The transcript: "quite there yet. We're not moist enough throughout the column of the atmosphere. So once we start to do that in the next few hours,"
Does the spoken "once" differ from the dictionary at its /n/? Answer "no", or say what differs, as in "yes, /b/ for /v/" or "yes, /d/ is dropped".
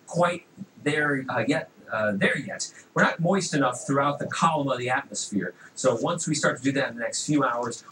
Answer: no